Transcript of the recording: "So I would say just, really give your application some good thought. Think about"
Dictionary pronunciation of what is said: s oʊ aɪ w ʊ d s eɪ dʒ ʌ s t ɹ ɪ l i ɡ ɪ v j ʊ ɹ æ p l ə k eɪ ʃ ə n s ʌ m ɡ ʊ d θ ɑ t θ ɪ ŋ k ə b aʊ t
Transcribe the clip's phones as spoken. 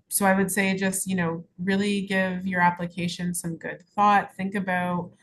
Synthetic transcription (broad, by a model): s oʊ aɪ w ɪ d s eɪ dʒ ʌ s t ɹ ɪ l i ɡ ɪ v j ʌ ɹ æ p l ə k eɪ ʃ ə n s ʌ m ɡ ʊ d θ ɑ t θ ɪ ŋ k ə b aʊ t